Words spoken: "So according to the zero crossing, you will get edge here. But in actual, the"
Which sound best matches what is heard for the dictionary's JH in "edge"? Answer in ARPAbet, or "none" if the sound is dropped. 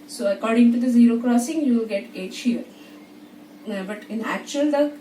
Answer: CH